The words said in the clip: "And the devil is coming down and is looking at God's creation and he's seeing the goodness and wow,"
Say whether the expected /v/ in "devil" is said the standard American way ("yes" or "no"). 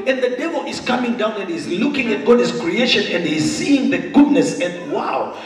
yes